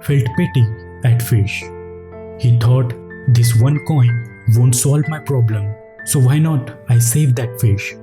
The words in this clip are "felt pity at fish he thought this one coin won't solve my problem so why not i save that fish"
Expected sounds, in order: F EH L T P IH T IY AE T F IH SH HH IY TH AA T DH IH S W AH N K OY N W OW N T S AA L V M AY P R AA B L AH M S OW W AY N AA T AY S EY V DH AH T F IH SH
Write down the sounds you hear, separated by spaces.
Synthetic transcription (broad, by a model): F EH L T P IH T IY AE T F IH SH HH IY T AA T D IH S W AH N K OY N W OW N T S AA L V M AY P R AA B L AH M S OW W AY N AA T AY S EY V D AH T F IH SH